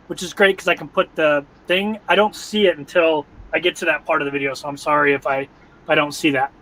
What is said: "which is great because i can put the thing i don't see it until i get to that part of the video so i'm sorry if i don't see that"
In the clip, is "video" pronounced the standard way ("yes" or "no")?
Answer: yes